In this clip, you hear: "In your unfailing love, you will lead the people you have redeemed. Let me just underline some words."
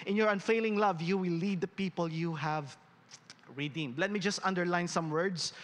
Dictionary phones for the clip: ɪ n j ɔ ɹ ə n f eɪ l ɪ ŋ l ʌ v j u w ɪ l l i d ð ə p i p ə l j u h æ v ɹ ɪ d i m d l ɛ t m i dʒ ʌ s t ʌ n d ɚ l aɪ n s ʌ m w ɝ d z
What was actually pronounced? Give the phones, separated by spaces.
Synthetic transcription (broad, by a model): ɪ n j ɔ ɹ ə n f eɪ l ɪ ŋ l ʌ v j u w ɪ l l i d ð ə p i p ə l j u h æ v ɹ ɪ d i m d l ɛ t m i dʒ ʌ s t ʌ n d ɚ l aɪ n s ʌ m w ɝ d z